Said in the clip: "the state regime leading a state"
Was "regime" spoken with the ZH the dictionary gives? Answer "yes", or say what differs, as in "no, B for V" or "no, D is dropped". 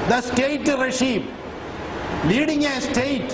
no, SH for ZH